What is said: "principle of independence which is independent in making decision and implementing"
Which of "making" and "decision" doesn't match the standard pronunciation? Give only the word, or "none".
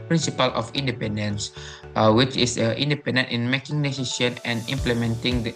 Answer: decision